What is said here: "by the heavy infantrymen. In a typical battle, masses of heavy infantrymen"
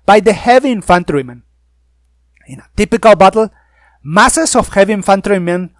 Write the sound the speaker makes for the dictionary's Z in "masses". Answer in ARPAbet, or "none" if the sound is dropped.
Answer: S